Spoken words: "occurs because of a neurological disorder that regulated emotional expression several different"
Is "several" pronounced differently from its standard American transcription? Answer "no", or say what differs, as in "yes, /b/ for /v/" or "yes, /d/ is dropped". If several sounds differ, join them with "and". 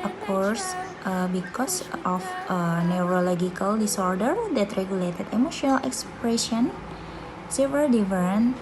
yes, /ɹ/ is dropped